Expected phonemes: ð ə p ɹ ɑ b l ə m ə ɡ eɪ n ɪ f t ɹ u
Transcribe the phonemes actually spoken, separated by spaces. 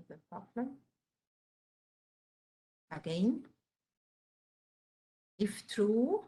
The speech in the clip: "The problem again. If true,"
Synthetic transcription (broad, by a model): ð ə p ɑ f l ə ə ɡ eɪ n ɪ f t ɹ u